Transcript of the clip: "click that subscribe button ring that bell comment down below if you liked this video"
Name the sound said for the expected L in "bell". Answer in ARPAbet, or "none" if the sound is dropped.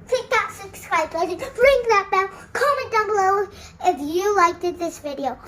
N